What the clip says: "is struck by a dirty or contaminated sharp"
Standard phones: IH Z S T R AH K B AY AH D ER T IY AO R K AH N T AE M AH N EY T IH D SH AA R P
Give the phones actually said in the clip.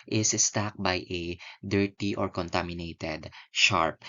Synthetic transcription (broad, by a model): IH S S T AA K B AY AH D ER T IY AO R K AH N T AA M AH N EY T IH D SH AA R P